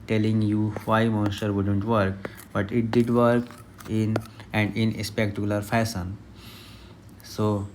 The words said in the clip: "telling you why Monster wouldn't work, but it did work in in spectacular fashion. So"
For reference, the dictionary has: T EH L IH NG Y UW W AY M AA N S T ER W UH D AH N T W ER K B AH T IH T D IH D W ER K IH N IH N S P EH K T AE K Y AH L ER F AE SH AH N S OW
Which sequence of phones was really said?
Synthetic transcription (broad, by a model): T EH L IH NG Y UW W AY M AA N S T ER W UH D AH N T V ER K B AH T IH T D IH D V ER K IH N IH N S P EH K T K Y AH L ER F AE S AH N S OW